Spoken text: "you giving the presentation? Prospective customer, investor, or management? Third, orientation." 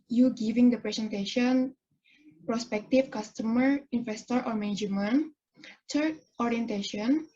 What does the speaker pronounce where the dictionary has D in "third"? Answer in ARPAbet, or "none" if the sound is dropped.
none